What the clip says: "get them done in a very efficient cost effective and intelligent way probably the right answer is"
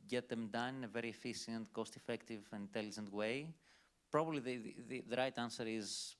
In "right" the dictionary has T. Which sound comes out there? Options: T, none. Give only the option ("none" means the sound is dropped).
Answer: T